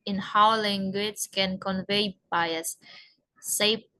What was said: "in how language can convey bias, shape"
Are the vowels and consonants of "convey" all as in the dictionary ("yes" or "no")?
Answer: yes